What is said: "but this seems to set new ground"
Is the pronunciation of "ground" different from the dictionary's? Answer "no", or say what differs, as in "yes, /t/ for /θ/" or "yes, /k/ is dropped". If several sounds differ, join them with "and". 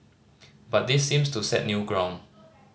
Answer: yes, /d/ is dropped